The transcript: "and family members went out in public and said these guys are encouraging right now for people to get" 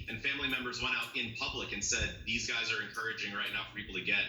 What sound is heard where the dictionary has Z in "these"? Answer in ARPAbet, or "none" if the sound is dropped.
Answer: Z